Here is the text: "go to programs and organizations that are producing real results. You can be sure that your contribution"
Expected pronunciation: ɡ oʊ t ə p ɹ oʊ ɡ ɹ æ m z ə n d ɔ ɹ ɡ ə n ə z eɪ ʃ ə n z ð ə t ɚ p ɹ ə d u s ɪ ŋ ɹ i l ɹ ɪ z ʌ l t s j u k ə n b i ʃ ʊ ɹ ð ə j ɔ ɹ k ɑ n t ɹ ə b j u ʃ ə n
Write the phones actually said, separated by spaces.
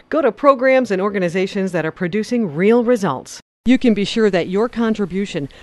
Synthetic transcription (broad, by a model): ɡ oʊ t ə p ɹ oʊ ɡ ɹ æ m z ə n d ɔ ɹ ɡ ə n ə z eɪ ʃ ə n z ð ə t ɚ p ɹ ə d u s ɪ ŋ ɹ i l ɹ ɪ z ʌ l t s j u k ə n b i ʃ ʊ ɹ ð ə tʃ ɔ ɹ k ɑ n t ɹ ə b j u ʃ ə n